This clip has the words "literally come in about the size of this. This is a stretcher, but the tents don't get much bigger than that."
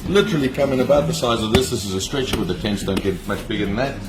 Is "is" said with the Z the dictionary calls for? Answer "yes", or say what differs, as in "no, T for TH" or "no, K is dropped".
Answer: yes